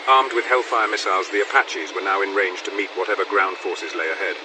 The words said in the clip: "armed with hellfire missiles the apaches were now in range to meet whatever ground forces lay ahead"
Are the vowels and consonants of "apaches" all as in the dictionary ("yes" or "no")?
yes